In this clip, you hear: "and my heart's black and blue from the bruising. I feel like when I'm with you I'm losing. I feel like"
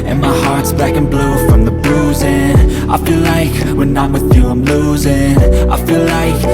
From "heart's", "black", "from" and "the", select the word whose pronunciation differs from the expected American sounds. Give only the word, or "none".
none